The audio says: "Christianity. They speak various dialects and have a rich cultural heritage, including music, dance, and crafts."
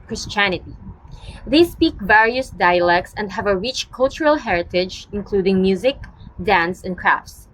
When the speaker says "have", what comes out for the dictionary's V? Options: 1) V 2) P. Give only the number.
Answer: 1